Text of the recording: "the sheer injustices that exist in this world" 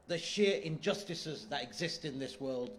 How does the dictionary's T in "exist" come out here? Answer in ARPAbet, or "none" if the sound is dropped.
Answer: T